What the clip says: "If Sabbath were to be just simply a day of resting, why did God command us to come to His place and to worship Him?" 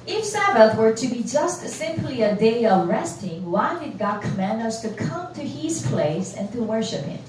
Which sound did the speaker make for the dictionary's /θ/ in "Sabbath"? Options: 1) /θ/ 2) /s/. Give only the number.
1